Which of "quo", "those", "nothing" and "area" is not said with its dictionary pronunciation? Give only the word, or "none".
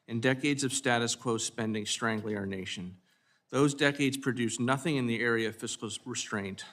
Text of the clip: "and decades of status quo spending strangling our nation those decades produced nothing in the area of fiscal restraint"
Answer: none